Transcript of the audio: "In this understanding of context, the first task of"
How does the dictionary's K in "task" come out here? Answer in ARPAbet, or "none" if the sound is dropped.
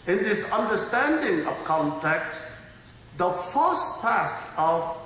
none